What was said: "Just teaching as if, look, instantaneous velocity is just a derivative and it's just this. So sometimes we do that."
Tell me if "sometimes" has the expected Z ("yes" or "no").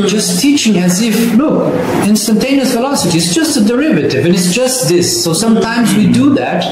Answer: yes